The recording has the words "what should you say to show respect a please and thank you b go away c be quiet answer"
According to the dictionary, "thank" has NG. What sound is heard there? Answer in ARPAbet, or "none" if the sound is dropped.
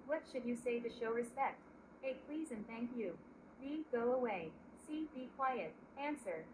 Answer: NG